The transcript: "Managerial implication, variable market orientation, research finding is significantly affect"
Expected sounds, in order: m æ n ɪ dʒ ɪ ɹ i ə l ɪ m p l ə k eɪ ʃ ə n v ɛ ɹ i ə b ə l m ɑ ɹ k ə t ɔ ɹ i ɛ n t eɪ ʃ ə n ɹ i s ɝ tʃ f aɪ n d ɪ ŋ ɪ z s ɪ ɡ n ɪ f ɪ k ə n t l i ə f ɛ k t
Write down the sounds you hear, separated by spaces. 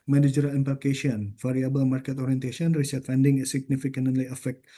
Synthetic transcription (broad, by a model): m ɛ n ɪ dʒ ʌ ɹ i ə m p ə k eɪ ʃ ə n f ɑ ɹ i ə b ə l m ɑ ɹ k ə t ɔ ɹ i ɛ n t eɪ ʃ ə n ɹ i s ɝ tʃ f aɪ n d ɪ ŋ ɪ s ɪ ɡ n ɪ f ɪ k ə n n l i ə f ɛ k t